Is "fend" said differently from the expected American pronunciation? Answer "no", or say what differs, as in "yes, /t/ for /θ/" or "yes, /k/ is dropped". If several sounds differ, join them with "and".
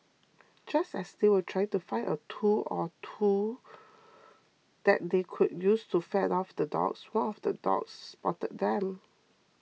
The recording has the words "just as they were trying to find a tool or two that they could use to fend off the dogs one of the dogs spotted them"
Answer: yes, /n/ is dropped